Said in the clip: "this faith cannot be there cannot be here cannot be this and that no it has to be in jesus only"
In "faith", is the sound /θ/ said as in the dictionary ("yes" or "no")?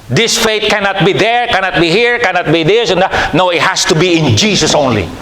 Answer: no